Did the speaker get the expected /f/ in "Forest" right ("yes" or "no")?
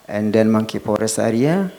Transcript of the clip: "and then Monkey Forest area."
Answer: no